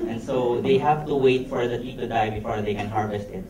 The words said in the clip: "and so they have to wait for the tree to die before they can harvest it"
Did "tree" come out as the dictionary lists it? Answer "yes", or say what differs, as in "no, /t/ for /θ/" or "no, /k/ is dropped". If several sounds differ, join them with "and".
no, /ɹ/ is dropped